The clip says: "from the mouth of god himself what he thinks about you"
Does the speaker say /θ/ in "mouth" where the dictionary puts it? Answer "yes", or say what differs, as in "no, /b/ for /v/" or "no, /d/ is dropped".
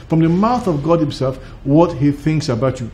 yes